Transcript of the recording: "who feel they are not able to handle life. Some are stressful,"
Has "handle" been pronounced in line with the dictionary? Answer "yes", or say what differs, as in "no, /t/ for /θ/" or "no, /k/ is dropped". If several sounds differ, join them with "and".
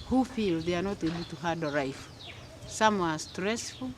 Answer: no, /n/ is dropped